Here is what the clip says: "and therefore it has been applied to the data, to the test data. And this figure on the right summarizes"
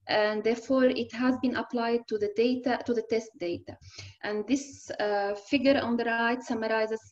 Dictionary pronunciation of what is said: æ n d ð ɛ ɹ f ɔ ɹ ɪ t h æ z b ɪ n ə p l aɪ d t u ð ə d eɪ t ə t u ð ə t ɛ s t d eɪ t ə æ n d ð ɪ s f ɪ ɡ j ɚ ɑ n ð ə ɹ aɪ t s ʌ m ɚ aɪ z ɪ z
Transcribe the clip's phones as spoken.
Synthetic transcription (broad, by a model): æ n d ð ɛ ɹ f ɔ ɹ ɪ t h æ z b ɪ n ə p l aɪ d t u ð ə d eɪ t ə t u ð ə t ɛ s t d eɪ t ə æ n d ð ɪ s f ɪ ɡ j ɚ ɑ n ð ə ɹ aɪ t s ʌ m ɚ aɪ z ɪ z